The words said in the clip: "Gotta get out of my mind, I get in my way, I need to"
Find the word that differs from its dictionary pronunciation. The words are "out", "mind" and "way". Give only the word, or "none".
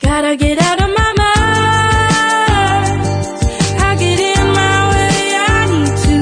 mind